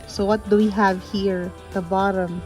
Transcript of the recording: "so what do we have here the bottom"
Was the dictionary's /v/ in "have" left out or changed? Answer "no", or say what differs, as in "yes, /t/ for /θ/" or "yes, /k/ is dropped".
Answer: no